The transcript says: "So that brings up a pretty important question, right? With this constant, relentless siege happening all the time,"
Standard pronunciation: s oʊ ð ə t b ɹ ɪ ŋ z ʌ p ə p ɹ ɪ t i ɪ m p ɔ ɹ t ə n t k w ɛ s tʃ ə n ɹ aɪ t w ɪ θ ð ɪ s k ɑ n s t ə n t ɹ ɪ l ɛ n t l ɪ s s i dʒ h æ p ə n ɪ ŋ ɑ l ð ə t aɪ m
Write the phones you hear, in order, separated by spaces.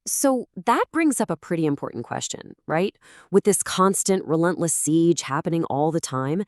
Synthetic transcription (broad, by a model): s oʊ ð ə t b ɹ ɪ ŋ z ʌ p ə p ɹ ɪ t i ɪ m p ɔ ɹ t n k w ɛ s tʃ ə n ɹ aɪ t w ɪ ð ɪ s k ɑ n s t ə n t ɹ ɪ l ɛ n t l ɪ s s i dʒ h æ p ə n ɪ ŋ ɑ l ð ə t aɪ m